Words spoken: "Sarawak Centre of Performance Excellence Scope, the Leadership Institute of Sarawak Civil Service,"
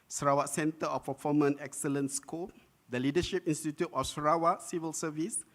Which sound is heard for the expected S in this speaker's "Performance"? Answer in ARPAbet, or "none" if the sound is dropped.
none